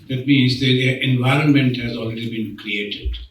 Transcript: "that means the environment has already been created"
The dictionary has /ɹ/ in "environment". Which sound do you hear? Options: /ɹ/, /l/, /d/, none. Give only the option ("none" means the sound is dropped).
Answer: /ɹ/